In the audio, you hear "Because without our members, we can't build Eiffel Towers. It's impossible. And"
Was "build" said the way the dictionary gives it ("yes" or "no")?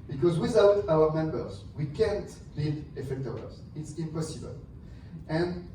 no